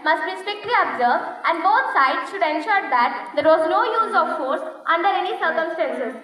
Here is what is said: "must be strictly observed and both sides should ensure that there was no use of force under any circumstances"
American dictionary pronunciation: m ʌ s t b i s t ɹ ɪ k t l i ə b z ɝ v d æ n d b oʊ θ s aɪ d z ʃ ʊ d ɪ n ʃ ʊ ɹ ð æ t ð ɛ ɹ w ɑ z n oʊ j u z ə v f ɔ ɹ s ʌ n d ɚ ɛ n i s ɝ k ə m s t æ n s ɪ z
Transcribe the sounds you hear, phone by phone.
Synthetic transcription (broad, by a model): m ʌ s t b i s t ɹ ɪ k t l i ə b z ɝ v d æ n d b oʊ t s aɪ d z ʃ ʊ d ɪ n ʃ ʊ ɹ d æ t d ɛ ɹ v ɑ z n oʊ j u z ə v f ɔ ɹ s ʌ n d ɚ ɛ n i s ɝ k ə m s t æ n s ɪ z